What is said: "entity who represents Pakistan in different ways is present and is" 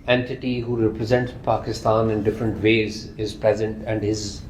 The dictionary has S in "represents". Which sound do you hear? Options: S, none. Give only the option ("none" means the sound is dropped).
none